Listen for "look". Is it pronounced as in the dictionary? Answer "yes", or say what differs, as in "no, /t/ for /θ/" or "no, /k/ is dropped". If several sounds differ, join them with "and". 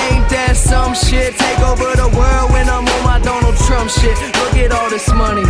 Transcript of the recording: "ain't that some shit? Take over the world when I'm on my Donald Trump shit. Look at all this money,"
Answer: no, /w/ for /l/